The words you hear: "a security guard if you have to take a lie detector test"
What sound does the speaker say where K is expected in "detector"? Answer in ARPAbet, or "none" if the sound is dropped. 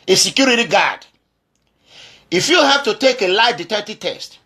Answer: none